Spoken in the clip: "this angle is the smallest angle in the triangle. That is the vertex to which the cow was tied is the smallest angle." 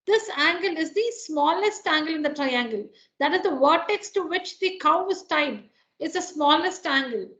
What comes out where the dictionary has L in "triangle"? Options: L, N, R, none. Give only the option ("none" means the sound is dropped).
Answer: L